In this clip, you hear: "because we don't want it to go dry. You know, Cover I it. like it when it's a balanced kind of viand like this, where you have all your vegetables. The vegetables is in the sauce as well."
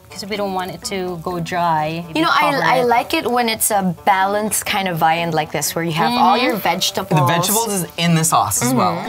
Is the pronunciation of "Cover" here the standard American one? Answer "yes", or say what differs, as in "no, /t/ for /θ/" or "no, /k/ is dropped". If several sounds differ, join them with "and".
no, /v/ is dropped